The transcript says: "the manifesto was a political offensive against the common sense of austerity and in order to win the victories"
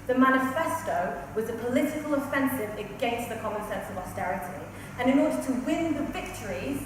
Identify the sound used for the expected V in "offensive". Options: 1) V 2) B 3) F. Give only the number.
1